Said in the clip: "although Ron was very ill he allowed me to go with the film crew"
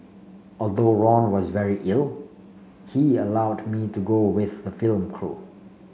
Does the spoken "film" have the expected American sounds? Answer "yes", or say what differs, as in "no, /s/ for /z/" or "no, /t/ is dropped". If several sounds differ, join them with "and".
yes